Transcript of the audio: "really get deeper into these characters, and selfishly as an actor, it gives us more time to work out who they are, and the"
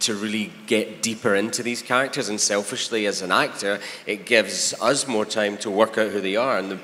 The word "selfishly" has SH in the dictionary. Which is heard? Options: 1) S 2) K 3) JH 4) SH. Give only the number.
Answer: 4